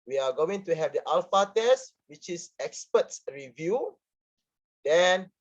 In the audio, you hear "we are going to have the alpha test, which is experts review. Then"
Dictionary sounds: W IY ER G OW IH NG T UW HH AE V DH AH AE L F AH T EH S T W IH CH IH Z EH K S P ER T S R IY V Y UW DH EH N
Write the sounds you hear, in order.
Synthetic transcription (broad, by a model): W IY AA G OW IH NG T UW HH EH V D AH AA L F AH T EH S T W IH CH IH S EH K S P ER T S R IY V Y UW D EH N